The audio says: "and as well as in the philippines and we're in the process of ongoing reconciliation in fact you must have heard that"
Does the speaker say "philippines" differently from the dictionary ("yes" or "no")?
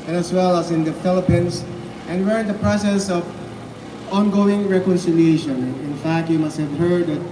yes